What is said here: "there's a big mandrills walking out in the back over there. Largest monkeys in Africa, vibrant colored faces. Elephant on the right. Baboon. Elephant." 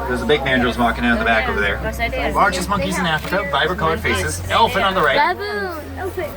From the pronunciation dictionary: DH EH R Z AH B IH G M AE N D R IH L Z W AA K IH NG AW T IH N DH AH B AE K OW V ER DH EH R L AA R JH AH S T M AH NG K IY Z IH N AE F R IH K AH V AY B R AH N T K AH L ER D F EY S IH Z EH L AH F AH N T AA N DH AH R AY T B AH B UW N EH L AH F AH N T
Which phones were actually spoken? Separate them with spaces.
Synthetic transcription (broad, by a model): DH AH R Z AH B IH G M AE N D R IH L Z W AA K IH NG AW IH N DH AH B AE K OW V ER DH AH R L AA R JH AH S M AH NG K IY Z IH N AE F R IH K AH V AY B AH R K AH L ER D F EY S IH Z EH L F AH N AA N DH AH R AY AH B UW